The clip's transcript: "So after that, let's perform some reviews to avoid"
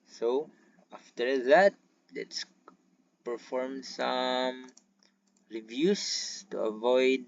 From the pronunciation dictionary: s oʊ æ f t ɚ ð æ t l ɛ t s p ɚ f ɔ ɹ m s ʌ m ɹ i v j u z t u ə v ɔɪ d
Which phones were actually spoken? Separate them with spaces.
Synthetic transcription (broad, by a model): s oʊ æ f t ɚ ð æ t l ɛ t s p ɚ f ɔ ɹ m s ʌ m ɹ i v j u s t u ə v ɔɪ d